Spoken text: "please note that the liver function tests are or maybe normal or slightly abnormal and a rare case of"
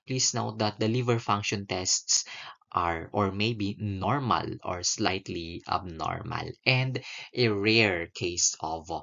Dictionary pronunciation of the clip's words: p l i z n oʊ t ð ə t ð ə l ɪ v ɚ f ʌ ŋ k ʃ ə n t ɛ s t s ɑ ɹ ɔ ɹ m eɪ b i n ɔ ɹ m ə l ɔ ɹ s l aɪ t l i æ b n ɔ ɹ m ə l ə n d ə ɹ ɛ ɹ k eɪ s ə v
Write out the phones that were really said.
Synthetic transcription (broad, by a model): p l i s n oʊ t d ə t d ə l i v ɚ f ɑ ŋ k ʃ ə n t ɛ s t s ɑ ɹ ɔ ɹ m eɪ b i n ɔ ɹ m ə l ɔ ɹ s l aɪ t l i æ b n ɔ ɹ m ə l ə n d ə ɹ ɛ ɹ k eɪ s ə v